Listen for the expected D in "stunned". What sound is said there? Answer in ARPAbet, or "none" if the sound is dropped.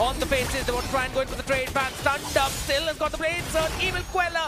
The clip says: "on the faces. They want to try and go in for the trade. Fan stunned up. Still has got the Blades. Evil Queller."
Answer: D